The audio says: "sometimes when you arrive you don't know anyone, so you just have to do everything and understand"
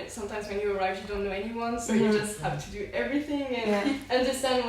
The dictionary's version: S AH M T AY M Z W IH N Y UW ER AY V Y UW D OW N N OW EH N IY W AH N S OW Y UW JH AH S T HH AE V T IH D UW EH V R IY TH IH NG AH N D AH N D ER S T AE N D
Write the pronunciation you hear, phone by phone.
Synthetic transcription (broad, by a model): S AH M T AY M Z W IH N Y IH ER AY V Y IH D OW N N OW EH N IY W AH N S OW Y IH JH AH S T HH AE F T IH D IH EH V R IY TH IH NG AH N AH N D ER S T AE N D